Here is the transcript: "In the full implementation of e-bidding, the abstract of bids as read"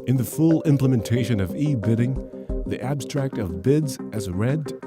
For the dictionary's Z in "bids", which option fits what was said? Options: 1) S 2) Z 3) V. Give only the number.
2